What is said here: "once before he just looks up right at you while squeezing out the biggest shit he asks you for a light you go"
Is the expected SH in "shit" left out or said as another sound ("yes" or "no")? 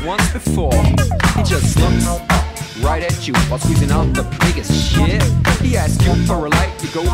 no